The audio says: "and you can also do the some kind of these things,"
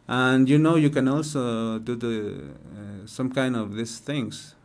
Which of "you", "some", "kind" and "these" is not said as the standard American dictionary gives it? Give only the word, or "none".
these